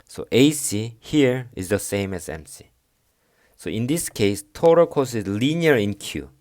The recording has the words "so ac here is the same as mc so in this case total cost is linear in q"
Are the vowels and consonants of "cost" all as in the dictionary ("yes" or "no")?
no